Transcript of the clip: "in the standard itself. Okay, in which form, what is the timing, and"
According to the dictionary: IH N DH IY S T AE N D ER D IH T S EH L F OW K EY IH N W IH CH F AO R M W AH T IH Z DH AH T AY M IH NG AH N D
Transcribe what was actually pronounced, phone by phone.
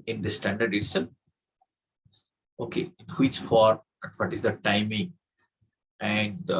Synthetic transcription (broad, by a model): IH N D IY S T AE N D ER D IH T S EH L OW K EY IH N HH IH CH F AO R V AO T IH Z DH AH T AY M IH NG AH N D